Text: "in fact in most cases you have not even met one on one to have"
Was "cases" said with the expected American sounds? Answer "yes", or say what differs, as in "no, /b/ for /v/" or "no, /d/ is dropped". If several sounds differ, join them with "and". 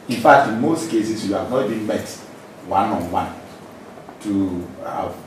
no, /s/ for /z/